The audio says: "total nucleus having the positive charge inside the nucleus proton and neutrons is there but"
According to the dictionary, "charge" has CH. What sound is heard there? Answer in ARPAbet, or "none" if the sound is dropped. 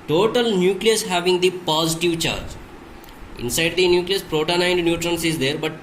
CH